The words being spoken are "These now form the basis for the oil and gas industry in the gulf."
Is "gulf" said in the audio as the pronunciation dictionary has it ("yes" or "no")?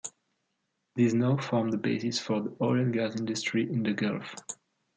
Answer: yes